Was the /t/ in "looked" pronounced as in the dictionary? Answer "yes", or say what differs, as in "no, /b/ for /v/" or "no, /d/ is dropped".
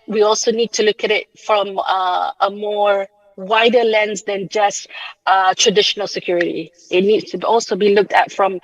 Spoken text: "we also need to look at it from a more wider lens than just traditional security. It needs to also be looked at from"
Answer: yes